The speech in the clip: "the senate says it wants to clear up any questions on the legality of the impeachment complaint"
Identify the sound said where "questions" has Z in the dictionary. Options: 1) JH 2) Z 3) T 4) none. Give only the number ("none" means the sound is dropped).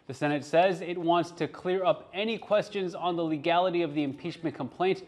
2